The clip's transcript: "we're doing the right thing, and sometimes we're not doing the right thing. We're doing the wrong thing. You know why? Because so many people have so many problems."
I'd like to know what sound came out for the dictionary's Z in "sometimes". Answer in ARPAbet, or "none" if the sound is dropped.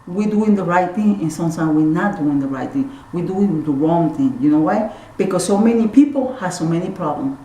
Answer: none